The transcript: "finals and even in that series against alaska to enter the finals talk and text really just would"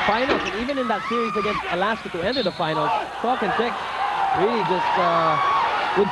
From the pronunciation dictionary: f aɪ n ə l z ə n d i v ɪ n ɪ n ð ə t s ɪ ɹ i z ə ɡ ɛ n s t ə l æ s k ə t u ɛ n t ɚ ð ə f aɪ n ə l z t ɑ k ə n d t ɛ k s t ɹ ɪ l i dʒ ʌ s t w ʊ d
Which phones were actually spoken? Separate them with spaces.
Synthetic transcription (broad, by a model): f aɪ n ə l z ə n i v ɪ n ɪ n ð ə t s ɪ ɹ i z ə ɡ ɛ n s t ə l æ s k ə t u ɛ n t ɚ ð ə f aɪ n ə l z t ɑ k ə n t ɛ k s ɹ ɪ l i dʒ ʌ s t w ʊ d